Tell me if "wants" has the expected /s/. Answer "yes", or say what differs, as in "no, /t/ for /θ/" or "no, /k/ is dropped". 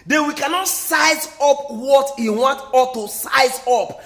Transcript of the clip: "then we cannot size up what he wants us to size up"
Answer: no, /s/ is dropped